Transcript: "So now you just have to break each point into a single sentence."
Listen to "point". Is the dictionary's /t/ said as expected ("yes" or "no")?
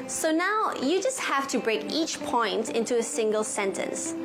yes